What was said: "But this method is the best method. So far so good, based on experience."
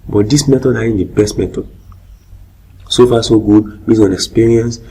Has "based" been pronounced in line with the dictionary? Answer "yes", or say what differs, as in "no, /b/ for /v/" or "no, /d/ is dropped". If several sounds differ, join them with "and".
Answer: no, /t/ is dropped